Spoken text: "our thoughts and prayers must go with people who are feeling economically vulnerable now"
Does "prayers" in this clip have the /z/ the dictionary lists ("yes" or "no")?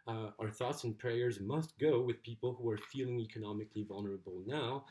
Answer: yes